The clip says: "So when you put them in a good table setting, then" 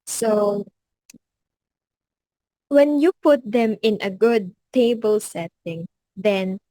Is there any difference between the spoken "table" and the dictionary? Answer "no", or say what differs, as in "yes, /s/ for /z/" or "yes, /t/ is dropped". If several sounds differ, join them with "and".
no